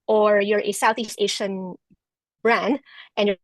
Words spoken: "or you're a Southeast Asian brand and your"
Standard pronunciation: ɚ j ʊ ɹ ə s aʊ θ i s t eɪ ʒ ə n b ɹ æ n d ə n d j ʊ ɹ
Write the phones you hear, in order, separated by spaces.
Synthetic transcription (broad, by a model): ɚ j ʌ ɹ ə s aʊ θ i s t eɪ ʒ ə n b ɹ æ n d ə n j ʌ ɹ